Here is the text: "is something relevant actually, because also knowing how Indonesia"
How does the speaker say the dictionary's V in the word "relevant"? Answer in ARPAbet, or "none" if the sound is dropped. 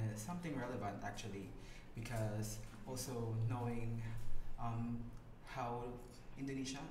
V